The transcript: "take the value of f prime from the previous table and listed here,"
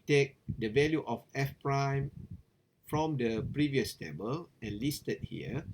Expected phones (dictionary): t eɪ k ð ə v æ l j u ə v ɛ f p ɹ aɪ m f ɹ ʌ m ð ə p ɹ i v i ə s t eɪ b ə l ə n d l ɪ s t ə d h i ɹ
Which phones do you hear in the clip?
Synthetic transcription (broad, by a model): t eɪ k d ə v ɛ l j u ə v ɛ f p ɹ aɪ m f ɹ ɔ m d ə p ɹ i v i ə s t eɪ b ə l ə n l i s t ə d h i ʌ